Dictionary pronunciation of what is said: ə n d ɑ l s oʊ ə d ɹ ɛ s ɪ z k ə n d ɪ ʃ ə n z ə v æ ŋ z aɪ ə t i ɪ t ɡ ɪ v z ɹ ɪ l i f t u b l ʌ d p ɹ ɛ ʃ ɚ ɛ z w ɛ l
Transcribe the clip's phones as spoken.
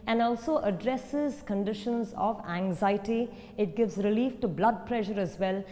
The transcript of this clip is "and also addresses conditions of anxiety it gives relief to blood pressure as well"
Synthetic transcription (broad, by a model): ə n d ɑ l s oʊ ə d ɹ ɛ s ɪ z k ə n d ɪ ʃ ə n z ə v æ ŋ z aɪ ə t i ɪ t ɡ ɪ v z ɹ ɪ l i f t u b l ʌ d p ɹ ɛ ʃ ɚ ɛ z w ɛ l